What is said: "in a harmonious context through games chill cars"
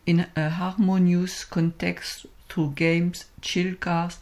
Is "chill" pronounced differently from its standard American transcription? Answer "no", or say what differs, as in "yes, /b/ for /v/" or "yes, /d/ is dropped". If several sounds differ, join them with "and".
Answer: no